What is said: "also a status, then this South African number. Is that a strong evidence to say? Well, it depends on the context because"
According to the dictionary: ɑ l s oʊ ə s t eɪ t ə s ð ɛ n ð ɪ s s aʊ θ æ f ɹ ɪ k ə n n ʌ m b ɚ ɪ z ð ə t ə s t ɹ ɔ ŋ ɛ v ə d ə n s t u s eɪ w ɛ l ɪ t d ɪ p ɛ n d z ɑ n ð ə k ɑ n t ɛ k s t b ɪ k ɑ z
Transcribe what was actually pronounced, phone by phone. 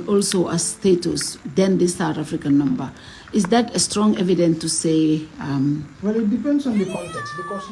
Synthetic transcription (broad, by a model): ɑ l s oʊ ə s t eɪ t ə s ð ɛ n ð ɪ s s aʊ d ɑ f ɹ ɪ k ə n n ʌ m b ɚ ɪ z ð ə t ə s t ɹ ɔ ŋ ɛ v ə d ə n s t u s eɪ w ɛ l ɪ t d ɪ p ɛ n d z ɑ n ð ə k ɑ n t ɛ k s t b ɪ k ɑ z